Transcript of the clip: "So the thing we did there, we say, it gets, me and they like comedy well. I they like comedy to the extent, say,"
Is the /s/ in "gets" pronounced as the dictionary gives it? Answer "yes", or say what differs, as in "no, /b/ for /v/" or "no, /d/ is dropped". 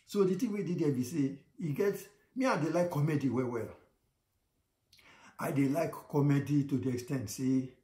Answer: no, /s/ is dropped